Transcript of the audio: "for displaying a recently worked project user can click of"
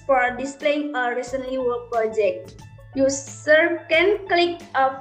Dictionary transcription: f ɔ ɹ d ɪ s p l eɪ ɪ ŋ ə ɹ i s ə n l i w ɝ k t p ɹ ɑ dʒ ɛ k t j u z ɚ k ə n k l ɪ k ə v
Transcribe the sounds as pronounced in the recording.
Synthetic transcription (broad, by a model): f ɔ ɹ d ɪ s p l eɪ ɪ ŋ ə ɹ i s ə n l i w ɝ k p ɹ ɑ dʒ ɛ k t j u s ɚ k ə n k l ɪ k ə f